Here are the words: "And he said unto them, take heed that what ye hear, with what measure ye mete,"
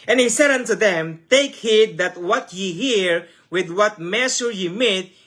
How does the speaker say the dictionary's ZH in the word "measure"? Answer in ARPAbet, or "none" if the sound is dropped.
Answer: S